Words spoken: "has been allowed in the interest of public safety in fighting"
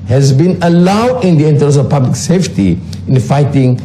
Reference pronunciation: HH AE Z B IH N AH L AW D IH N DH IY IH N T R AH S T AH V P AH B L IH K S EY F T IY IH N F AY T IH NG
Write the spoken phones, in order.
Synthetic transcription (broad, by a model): HH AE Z B IH N AH L AW D IH N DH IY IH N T AH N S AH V P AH B L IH K S EY F T IY IH N F AY T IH NG